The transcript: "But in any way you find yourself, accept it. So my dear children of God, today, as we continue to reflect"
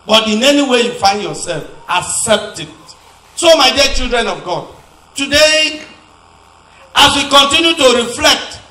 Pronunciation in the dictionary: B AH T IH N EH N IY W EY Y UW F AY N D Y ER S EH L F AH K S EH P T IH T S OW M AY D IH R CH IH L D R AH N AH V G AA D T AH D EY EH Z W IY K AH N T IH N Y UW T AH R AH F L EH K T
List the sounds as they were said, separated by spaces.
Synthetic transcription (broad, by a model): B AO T IH N EH N IY W EY Y UW F AY N D Y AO S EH L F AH S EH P T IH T S OW M AY D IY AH CH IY L D R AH N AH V G AA D T AH D EY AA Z W IY K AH N T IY N Y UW T AH R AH F L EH K T